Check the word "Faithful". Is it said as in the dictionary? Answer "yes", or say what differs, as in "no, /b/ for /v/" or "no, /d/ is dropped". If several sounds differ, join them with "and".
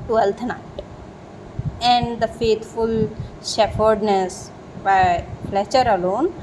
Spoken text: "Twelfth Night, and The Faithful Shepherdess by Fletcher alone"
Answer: no, /t/ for /θ/